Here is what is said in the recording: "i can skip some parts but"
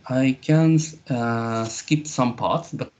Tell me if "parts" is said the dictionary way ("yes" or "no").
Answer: yes